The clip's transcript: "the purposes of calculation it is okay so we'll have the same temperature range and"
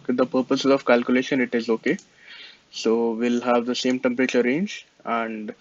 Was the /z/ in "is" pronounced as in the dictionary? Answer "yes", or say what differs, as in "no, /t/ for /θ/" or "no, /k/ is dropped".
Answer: yes